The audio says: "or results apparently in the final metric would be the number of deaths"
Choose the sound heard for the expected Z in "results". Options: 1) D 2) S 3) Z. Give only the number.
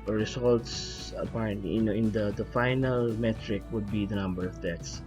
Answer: 2